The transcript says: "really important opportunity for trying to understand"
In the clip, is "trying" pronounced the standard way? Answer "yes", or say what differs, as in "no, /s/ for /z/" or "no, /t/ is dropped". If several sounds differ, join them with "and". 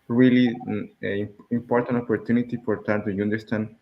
no, /ɹ/ is dropped